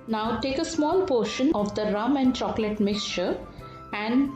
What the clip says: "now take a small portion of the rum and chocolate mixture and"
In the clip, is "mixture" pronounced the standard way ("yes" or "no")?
yes